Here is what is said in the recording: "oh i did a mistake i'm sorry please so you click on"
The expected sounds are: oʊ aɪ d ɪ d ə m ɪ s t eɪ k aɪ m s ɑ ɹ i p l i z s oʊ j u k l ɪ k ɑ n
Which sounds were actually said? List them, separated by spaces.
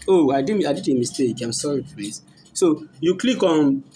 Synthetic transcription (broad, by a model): oʊ aɪ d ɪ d ə m ɪ s t eɪ k aɪ m s ɑ ɹ i f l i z s oʊ j u k l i k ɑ n